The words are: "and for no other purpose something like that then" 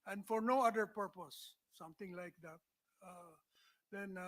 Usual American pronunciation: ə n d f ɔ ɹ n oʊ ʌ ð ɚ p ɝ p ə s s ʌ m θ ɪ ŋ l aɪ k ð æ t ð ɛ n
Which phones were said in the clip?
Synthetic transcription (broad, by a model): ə n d f ɔ ɹ n oʊ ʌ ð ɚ p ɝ p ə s s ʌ m t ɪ ŋ l aɪ k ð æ t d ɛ n